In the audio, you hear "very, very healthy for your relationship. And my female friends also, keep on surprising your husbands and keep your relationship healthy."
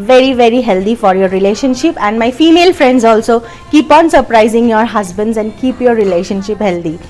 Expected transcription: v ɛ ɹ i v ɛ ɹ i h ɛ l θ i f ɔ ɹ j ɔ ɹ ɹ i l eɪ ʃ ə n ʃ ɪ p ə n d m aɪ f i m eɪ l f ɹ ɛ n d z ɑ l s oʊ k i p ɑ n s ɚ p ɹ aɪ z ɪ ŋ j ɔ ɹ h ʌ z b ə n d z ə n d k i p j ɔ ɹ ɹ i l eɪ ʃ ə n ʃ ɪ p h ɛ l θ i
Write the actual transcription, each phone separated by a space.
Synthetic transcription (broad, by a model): v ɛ ɹ i v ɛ ɹ i h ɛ l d i f ɔ ɹ j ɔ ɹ ɹ i l eɪ ʃ ə n ʃ ɪ p ə n d m aɪ f i m eɪ l f ɹ ɛ n d z ɑ l s oʊ k i p ɑ n s ɚ p ɹ aɪ z ɪ ŋ j ɔ ɹ h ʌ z b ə n d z ə n d k i p j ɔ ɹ ɹ i l eɪ ʃ ə n ʃ ɪ p h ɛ l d i